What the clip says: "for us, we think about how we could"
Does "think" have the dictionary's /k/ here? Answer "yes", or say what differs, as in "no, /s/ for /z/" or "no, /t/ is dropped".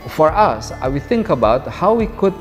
yes